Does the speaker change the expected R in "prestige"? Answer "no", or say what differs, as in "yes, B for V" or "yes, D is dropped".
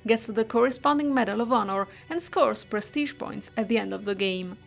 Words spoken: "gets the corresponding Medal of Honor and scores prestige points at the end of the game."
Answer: no